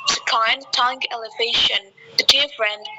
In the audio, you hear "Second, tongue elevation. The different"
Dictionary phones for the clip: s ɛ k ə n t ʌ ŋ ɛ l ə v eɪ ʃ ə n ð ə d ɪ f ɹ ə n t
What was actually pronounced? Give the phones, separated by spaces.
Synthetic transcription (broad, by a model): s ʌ k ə n t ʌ ŋ ɛ l ə v eɪ ʃ ə n ð ə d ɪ f ɹ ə n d